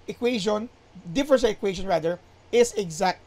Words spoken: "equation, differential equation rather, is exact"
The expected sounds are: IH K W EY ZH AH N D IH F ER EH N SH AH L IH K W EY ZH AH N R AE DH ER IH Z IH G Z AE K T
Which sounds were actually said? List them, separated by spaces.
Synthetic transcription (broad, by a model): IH K W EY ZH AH N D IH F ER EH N S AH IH K W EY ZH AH N R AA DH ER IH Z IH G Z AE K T